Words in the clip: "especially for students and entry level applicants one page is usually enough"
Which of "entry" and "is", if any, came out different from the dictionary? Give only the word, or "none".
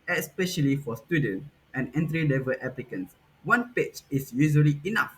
is